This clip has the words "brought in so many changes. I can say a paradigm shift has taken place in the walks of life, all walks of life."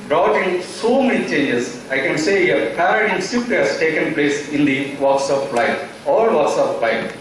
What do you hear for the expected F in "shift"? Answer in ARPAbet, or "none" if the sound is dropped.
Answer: none